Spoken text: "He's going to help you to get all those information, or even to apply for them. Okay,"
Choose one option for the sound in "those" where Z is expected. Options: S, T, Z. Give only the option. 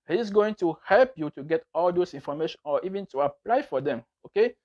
S